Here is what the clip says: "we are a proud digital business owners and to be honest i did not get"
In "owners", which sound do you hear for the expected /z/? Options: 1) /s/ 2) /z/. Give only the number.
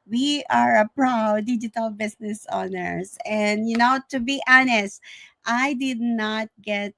1